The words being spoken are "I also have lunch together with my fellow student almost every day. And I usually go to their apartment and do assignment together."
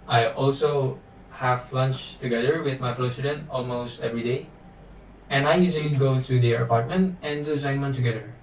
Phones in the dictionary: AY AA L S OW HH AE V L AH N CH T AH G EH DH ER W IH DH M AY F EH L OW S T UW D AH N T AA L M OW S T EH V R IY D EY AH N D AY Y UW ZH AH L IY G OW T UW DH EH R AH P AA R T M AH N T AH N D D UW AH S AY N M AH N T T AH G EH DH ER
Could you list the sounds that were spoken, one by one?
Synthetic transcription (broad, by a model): AY AA L S OW HH AE V L AH N CH T AH G EH DH ER W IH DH M AY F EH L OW S T UW D AH N T AA L M OW S T EH V R IY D EY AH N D AY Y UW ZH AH L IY G OW T UW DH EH AH P AA R T M AH N T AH N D D UW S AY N M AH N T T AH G EH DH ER